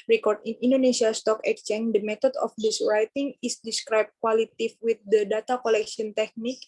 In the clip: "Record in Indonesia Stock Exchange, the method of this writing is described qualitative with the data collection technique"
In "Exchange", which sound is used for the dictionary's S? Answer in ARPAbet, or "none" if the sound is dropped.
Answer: none